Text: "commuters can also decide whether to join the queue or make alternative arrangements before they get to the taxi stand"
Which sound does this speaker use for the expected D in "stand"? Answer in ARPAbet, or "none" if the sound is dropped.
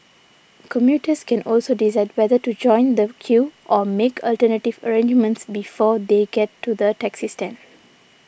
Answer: none